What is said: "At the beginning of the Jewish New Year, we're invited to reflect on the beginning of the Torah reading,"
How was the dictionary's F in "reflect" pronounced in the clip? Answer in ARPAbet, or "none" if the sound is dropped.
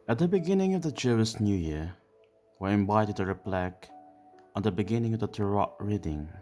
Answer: P